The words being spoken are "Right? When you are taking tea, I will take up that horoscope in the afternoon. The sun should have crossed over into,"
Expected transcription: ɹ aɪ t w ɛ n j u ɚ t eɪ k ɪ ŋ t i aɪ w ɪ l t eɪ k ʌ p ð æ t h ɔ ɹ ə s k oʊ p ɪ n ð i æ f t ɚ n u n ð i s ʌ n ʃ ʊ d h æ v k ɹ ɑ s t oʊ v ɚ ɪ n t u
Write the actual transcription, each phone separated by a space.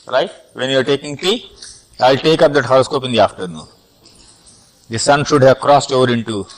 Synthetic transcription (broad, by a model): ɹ aɪ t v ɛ n j u ɚ t eɪ k ɪ ŋ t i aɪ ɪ l t eɪ k ʌ p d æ t h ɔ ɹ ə s k oʊ p ɪ n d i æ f t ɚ n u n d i s ʌ n ʃ ʊ d h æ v k ɹ ɑ s t oʊ v ɚ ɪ n t u